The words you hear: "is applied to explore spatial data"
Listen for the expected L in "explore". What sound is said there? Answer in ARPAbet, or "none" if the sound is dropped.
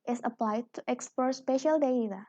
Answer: none